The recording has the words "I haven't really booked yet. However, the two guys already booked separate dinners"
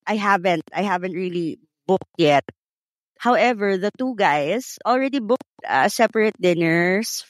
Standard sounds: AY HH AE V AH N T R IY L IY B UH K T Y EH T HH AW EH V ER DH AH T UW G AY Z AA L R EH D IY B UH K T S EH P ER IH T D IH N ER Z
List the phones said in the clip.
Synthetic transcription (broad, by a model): AY HH AE V AH N T R IY L IY B UH K T Y EH T HH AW EH V ER DH AH T UW G AY S AA L R EH D IY B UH K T S EH P ER IH T D IH N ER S